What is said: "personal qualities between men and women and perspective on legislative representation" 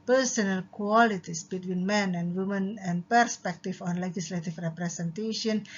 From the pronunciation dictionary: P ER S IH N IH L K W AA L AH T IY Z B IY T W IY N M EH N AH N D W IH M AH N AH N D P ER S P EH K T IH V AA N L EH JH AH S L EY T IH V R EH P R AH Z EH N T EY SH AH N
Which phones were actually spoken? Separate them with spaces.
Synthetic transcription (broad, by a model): P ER S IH N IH L K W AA L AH T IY S B IY T W IY N M EH N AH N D W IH M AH N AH N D P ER S P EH K T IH F AA N L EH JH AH S L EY T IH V R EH P R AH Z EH N T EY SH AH N